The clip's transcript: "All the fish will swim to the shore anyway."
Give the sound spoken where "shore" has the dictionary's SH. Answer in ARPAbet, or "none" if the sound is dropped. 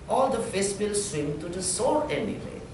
S